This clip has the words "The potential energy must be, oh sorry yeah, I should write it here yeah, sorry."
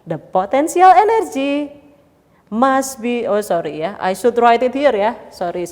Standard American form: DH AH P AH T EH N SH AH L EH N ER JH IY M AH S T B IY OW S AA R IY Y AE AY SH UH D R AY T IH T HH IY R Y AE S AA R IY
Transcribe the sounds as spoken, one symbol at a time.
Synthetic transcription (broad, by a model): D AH P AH T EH N S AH L EH N ER JH IY M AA S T B IY OW S AA R IY Y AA AY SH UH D R AY T IH T HH IY R Y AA S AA R IY